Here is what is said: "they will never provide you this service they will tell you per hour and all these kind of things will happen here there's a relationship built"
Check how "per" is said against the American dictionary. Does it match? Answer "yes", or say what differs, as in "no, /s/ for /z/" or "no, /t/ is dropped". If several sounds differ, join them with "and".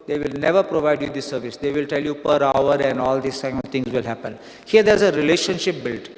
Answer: yes